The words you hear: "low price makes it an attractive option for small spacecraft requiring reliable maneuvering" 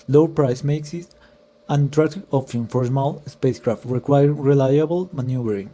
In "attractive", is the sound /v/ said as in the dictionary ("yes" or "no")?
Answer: no